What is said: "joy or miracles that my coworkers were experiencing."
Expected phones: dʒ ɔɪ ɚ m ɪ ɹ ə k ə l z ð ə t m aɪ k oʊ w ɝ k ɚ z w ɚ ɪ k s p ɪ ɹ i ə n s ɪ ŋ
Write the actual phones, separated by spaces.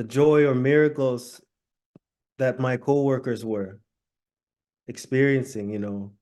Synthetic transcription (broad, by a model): dʒ ɔɪ ɚ m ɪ ɹ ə k l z ð ə t m aɪ k oʊ w ɝ k ɚ z w ɚ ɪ k s p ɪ ɹ i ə n s ɪ ŋ